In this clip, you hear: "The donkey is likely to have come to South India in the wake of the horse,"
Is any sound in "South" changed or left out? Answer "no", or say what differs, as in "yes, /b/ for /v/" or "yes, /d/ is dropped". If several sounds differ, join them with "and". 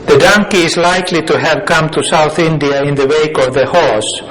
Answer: no